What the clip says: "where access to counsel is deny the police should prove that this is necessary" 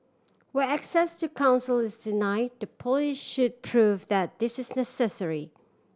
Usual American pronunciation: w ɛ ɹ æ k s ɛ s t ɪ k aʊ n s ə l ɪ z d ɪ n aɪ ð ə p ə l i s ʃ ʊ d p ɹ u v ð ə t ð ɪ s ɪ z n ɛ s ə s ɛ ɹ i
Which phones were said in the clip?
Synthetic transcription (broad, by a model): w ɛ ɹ æ k s ɛ s t ɪ k aʊ n s ə l ɪ z d ɪ n aɪ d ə p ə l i ʃ ʃ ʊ d p ɹ u v ð ə t ð ɪ s ɪ z n ɛ s ə s ɛ ɹ i